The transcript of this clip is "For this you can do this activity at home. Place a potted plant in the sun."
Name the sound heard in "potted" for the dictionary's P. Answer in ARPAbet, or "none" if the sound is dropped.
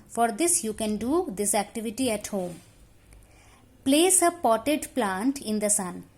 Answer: P